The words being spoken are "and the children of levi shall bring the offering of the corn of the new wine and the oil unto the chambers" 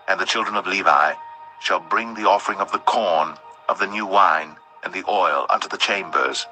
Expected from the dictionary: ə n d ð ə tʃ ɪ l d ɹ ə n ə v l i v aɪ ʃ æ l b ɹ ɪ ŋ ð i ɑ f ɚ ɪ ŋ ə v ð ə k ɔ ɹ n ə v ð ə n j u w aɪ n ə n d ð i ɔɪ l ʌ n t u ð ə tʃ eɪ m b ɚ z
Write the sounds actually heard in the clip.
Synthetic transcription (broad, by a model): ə n ð ə tʃ ɪ l d ɹ ə n ə v l i v aɪ ʃ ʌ l b ɹ ɪ ŋ ð i ɑ f ɚ ɪ ŋ ə v ð ə k ɔ ɹ n ə v ð ə n j u w aɪ n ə n ð i ɔɪ l ʌ n t u ð ə tʃ eɪ m b ɚ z